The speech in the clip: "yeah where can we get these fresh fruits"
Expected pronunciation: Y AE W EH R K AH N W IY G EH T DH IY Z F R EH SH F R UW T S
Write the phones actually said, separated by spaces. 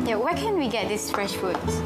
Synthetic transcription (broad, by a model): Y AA W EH K AH N W IY G EH T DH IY S F R EH SH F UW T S